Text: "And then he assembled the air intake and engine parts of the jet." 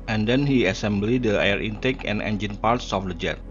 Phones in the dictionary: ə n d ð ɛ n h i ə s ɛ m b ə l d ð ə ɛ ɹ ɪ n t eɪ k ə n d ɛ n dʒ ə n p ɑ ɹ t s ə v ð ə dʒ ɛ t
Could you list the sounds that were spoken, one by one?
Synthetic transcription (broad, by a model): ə n d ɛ n h i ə s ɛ m b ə l d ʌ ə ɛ ɹ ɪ n t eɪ k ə n ɛ n dʒ ə n p ɑ ɹ t s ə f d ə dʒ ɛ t